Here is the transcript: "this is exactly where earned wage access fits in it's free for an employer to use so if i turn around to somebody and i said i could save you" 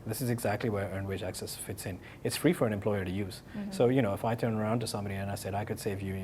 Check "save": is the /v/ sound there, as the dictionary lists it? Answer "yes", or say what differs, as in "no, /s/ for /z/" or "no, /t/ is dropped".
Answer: yes